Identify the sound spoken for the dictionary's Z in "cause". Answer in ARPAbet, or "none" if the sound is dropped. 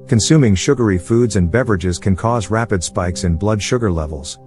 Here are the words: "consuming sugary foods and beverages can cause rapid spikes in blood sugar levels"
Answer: Z